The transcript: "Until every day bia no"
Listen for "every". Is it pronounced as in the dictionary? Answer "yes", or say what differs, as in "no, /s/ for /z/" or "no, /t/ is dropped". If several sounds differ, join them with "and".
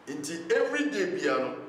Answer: yes